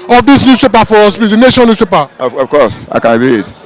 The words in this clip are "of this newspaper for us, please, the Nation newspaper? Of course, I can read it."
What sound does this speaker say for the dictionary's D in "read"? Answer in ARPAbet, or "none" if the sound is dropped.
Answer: none